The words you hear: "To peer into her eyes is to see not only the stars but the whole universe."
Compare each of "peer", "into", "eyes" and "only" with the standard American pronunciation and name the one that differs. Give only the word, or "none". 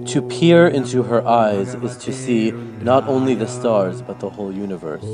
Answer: none